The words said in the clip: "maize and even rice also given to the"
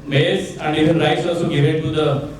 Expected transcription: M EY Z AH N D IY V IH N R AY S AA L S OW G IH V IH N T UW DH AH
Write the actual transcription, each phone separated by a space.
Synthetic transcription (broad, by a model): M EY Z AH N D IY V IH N R AY S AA S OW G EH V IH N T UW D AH